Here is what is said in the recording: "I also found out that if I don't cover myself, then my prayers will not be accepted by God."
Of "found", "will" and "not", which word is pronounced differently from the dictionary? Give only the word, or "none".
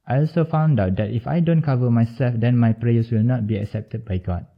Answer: none